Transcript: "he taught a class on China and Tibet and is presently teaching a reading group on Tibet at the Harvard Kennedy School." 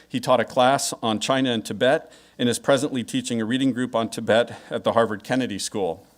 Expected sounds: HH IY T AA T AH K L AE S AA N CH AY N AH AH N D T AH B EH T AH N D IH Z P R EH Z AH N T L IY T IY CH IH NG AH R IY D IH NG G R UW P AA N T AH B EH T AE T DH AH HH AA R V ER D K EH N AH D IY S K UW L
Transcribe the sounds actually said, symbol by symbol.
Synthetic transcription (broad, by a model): HH IY T AA T AH K L AE S N CH AY N AH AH N T AH B EH T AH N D IH Z P R EH Z AH N T L IY T IY CH IH NG AH R IY D IH NG G R UW P N T AH B EH T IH T DH AH HH AA R V ER D K EH N AH D IY S K UW L